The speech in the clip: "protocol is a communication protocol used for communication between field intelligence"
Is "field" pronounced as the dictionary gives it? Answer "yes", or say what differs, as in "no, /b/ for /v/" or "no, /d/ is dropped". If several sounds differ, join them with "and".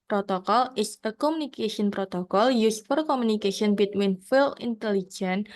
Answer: no, /d/ is dropped